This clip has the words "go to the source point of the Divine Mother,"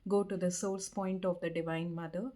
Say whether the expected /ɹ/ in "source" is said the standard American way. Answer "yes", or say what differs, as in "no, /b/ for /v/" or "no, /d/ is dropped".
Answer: no, /l/ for /ɹ/